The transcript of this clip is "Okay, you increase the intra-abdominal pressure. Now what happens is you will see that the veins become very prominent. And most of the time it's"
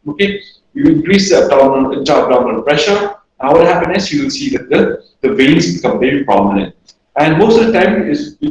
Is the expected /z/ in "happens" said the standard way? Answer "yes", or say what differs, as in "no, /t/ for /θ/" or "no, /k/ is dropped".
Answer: no, /z/ is dropped